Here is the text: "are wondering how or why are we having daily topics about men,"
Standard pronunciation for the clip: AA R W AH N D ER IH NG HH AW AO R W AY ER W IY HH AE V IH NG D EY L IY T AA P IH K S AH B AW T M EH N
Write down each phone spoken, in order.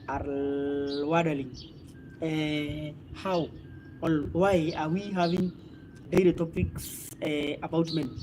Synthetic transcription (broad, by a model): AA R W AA D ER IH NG HH AW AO L W AY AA W IY HH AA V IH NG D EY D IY T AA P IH K S AH B AW T M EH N